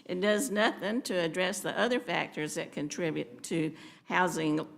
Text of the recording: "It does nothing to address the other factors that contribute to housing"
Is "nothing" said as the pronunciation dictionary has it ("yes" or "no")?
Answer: yes